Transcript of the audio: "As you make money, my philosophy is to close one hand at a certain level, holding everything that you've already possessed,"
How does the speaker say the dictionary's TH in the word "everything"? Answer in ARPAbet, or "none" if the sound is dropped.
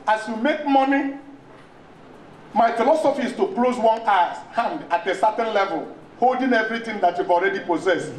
T